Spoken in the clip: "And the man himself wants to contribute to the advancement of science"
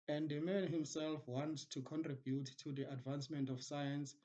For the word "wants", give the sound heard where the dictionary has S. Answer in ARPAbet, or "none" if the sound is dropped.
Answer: none